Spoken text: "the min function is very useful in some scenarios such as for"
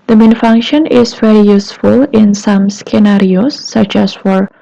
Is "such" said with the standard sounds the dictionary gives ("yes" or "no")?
yes